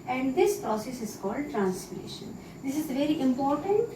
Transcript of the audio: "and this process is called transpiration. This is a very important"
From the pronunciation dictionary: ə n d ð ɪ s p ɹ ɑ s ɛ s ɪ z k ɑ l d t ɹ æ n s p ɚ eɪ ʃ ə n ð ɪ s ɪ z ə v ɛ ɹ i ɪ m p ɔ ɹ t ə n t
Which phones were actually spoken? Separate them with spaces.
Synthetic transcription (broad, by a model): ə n d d ɪ s p ɹ ɑ s ɛ s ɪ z k ɑ l d t ɹ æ n s f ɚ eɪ ʃ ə n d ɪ s ɪ z v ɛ ɹ i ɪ m p ɔ ɹ t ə n t